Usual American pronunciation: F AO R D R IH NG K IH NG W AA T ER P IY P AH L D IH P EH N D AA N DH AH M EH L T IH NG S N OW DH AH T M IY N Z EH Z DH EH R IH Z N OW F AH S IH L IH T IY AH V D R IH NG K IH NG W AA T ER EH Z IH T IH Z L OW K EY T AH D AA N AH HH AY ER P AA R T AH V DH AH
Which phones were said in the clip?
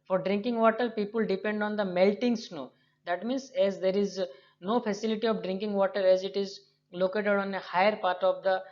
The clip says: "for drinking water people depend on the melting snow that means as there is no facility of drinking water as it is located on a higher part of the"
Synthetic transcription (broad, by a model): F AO R D R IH NG K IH NG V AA T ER P IY P AH L D IH P EH N D AA N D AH M EH L T IH NG S N OW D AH T M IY N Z EH Z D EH R IH Z N OW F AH S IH L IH T IY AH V D R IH NG K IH NG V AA T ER EH Z IH T IH Z L OW K EY T AH D AA N AH HH AY ER P AA R T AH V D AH